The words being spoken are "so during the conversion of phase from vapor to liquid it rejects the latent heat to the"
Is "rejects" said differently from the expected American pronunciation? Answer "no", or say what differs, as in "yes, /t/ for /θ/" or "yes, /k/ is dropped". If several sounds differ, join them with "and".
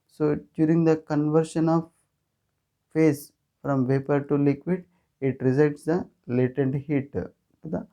yes, /z/ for /dʒ/